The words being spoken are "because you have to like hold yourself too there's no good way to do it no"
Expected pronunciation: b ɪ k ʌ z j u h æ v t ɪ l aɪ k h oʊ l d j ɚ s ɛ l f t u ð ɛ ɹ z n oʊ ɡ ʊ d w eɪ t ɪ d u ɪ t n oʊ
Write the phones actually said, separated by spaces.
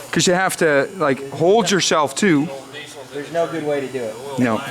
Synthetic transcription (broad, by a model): k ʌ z j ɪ h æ f t ɪ l aɪ k h oʊ l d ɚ s ɛ l f t u ð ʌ ɹ z n oʊ ɡ ʊ d w eɪ t ɪ d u ɪ t n oʊ